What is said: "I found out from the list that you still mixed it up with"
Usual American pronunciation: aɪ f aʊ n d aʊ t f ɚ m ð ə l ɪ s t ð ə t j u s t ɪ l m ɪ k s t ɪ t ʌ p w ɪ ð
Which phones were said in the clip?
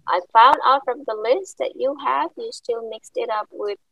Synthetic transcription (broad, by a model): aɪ f aʊ n d aʊ t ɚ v ð ə l ɪ s t ð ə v j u s t ɪ l m ɪ k s t ɪ t ʌ p w ɪ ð